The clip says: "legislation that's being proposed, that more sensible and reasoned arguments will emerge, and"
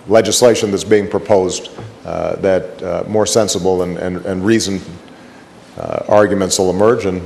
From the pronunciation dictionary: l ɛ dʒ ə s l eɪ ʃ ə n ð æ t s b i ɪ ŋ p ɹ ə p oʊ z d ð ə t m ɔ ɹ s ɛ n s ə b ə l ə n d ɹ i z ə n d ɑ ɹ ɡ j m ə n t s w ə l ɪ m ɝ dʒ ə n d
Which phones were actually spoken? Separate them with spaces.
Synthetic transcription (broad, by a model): l ɛ dʒ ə s l eɪ ʃ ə n ð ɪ t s b i ɪ ŋ p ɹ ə p oʊ z ð ə t m ɔ ɹ s ɛ n s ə b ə n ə n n ɹ i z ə n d ɑ ɹ ɡ j m ə n t s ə l ɪ m ɝ dʒ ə n